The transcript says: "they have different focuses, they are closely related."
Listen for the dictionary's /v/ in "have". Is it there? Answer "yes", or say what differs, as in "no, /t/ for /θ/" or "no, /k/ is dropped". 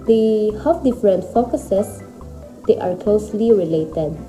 no, /f/ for /v/